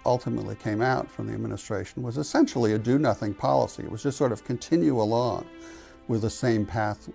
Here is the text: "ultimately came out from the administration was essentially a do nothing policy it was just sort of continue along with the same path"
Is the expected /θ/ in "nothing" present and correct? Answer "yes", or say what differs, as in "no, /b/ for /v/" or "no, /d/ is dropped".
yes